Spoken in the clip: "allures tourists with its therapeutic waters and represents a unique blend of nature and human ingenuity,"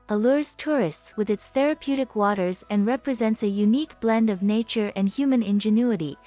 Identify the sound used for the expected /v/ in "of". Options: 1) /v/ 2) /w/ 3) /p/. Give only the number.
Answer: 1